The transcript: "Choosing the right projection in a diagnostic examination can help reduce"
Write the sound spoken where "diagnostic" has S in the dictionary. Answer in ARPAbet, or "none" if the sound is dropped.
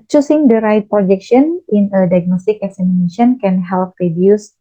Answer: S